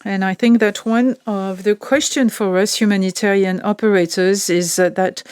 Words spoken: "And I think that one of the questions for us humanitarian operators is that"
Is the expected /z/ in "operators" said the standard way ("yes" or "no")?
yes